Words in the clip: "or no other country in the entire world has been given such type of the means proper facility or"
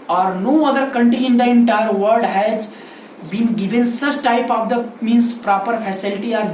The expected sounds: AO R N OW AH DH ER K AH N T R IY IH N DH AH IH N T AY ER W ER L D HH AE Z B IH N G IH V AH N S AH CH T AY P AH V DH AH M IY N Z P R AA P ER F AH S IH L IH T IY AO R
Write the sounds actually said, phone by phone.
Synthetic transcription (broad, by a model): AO R N OW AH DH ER K AH N T R IY IH N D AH IH N T AY ER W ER D HH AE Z B IH N G IH V AH N S AH CH T AY P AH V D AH M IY N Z P R AA P ER F AH S IH L IH T IY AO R